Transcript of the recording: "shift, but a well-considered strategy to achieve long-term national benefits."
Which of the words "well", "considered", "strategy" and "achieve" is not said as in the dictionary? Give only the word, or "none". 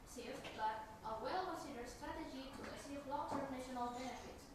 achieve